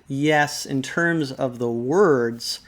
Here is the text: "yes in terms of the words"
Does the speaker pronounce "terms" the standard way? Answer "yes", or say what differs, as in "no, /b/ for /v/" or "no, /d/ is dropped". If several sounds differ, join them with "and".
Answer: yes